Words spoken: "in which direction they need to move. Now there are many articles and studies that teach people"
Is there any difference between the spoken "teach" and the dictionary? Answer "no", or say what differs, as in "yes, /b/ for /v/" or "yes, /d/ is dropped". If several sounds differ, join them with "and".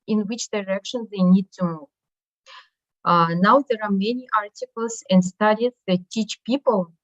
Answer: no